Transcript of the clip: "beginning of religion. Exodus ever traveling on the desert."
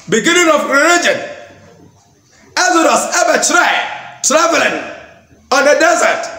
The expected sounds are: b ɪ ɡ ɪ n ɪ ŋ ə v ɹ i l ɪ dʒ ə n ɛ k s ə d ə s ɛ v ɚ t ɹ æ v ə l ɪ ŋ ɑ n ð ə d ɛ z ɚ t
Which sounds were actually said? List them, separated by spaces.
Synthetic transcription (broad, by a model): b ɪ ɡ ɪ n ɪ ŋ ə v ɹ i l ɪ dʒ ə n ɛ s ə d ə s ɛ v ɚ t ɹ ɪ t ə l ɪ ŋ ɑ n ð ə d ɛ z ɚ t